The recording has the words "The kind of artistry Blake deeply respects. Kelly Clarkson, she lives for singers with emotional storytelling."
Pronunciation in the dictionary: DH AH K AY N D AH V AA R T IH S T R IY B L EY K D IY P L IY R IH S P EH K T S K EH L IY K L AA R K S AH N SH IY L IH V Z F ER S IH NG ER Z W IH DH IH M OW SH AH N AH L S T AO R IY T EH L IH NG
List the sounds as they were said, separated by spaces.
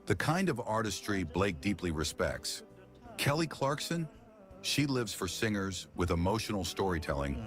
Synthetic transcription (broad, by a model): DH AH K AY N D AH V AA R T IH S T R IY B L EY K D IY P L IY R IH S P EH K T S K EH L IY K L AA R K S AH N SH IY L IH V Z F ER S IH NG ER Z W IH DH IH M OW SH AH N L S T AO R IY T EH L IH NG